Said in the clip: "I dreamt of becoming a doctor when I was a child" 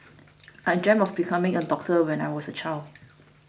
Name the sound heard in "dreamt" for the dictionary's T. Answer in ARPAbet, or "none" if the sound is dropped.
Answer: none